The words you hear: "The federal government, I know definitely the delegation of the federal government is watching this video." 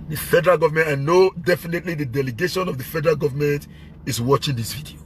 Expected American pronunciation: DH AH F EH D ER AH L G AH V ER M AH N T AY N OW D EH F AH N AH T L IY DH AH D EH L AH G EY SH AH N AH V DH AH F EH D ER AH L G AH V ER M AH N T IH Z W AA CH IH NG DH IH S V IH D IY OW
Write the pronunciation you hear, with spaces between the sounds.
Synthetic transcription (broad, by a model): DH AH F EH D ER AH L G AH V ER M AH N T AY N OW D EH F AH N AH T L IY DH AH D EH L AH G EY SH AH N AH V DH AH F EH D ER AH L G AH V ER M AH N T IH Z W AA CH IH NG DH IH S V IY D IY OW